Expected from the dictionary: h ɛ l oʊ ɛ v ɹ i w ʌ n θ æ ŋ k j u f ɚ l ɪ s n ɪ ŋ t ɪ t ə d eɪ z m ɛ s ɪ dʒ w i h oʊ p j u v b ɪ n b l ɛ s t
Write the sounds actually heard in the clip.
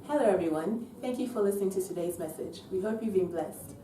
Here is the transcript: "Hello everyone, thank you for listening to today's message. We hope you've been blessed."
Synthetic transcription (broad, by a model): h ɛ l oʊ ɛ v ɹ i w ʌ n θ æ ŋ k j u f ɚ l ɪ s n ɪ ŋ t ɪ t ə d eɪ z m ɛ s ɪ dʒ w i h oʊ p j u v b ɪ n b l ɛ s t